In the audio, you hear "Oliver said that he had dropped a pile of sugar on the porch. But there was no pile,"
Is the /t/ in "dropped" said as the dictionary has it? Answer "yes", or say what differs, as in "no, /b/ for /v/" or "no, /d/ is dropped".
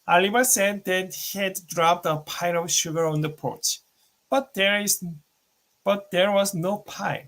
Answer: yes